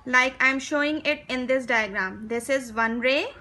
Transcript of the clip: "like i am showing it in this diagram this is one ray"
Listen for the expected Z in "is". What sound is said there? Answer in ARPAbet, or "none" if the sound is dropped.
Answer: Z